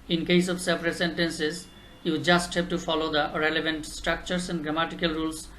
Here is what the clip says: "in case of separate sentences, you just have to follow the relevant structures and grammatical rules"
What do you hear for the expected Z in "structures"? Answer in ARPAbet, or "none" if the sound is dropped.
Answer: S